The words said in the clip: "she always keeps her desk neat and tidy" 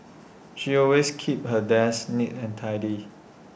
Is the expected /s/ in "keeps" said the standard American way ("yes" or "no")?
no